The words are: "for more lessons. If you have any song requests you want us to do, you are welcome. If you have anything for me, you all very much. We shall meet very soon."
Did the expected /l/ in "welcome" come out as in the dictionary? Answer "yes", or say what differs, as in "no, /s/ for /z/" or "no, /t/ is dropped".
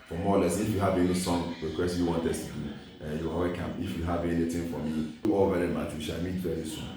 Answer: no, /l/ is dropped